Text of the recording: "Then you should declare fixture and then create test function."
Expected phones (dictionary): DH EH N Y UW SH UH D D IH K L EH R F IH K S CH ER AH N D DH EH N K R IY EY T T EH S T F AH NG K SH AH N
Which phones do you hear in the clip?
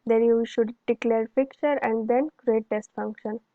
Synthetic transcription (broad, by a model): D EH N Y UW SH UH D D IH K L EH R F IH K CH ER AH N D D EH N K R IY EY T T EH S T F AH NG K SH AH N